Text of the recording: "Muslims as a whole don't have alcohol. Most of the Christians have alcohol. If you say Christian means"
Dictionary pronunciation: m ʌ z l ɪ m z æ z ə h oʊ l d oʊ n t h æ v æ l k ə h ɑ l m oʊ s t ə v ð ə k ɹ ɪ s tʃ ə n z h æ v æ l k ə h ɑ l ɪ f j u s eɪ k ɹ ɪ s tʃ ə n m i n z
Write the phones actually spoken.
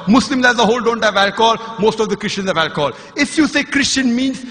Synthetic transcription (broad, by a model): m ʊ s l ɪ m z æ z ə h oʊ l d oʊ n t h æ v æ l k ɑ l m oʊ s t ə v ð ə k ɹ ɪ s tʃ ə n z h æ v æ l k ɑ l ɪ f j u s eɪ k ɹ ɪ s tʃ ə n m i n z